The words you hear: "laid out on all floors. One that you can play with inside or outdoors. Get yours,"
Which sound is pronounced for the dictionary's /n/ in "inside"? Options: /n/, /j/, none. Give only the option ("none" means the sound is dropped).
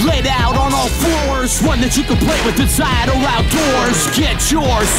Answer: none